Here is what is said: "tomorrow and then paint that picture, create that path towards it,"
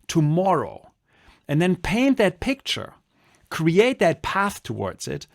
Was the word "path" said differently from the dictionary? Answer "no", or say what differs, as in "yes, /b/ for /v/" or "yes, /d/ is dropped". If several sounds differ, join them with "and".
no